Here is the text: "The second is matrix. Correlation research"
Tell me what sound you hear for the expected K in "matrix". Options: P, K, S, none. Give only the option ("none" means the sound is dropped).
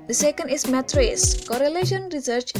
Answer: none